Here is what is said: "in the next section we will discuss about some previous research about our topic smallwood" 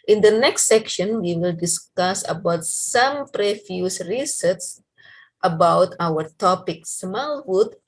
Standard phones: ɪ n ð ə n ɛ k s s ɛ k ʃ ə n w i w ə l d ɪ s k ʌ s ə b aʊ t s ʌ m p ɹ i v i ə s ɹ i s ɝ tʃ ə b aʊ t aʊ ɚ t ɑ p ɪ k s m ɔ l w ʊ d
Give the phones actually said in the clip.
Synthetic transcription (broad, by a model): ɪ n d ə n ɛ k s s ɛ k ʃ ə n w i w ə l d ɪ s k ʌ s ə b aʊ t s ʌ m p ɹ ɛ f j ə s ɹ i s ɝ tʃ ə b aʊ t aʊ ɚ t ɑ p ɪ k s m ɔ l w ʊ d